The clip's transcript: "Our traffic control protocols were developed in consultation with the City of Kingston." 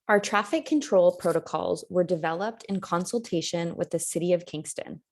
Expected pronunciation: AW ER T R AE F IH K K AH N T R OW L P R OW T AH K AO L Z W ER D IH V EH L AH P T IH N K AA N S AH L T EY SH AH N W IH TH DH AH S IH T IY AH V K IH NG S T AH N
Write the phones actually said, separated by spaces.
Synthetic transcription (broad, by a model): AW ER T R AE F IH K K AH N T R OW L P R OW T AH K AO L Z W ER D IH V EH L AH P T IH N K AA N S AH L T EY SH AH N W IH DH AH S IH T IY AH V K IH NG S T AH N